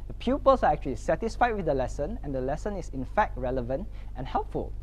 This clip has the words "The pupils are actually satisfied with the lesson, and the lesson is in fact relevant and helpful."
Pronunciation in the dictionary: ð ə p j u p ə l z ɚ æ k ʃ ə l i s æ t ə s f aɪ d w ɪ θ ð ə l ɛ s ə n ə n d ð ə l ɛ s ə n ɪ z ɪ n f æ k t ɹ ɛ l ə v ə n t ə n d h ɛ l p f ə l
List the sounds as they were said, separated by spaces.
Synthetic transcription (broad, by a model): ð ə p j u p ə l s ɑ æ k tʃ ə l i s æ t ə s f aɪ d w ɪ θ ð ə l ɛ s ə n ə n d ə l ɛ s ə n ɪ s ɪ n f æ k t ɹ ɛ l ə v ə n t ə n h ɛ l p f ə l